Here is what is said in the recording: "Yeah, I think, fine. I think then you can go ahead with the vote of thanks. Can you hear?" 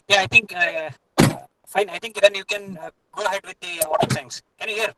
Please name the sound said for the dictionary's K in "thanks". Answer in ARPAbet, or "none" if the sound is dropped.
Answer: none